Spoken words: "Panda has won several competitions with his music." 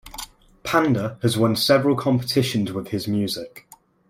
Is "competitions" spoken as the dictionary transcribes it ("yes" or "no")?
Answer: yes